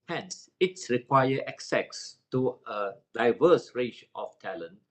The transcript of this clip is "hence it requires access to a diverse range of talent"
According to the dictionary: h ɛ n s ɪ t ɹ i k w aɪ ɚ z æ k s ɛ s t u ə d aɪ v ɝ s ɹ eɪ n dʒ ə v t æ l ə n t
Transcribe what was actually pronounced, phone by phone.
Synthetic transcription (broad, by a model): h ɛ n s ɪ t ɹ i k w aɪ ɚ ɛ k s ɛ s t u ə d aɪ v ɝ s ɹ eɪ dʒ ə f t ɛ l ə n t